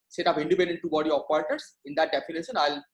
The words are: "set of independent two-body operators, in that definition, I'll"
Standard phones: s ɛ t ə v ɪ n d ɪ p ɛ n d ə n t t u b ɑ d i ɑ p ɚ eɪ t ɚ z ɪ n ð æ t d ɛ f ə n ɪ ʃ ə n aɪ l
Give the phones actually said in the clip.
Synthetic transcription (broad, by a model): s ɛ t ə p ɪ n d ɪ p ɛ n d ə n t t u b ɑ d i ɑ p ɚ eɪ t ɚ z ɪ n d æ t d ɛ f ə n ɪ ʃ ə n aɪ l